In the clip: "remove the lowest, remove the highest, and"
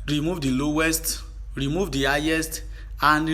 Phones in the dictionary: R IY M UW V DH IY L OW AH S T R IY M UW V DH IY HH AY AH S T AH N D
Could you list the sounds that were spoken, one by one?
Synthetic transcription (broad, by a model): R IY M UW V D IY L OW AH S T R IY M UW V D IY HH AY AH S T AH N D